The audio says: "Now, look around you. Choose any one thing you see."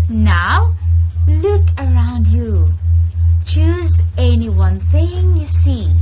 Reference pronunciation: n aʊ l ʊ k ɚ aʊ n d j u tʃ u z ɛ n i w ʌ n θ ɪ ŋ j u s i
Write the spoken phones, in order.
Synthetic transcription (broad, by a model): n aʊ l ʊ k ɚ aʊ n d j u tʃ u z ɛ n i w ʌ n θ ɪ ŋ j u s i